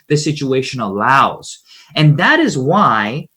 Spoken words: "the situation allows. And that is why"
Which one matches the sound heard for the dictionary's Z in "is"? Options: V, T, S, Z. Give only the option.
Z